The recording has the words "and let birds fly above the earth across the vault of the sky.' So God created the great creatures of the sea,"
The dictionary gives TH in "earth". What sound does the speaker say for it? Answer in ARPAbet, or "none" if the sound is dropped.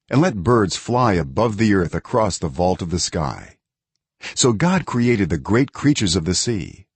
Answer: TH